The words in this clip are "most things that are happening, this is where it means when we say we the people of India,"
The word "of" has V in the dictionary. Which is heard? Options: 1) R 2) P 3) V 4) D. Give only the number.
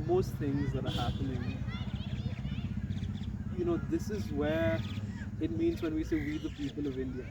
3